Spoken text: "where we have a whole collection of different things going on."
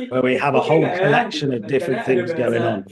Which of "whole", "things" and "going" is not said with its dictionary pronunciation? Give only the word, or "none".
none